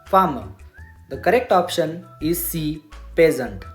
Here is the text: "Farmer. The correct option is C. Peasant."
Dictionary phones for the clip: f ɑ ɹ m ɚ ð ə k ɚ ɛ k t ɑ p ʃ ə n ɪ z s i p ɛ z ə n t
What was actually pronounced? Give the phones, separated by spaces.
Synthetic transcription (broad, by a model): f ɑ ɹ m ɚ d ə k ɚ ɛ k t ɑ p ʃ ə n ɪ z s i p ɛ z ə n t